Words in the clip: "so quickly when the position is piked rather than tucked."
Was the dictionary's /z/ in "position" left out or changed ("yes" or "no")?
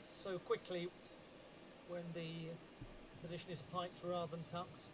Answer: no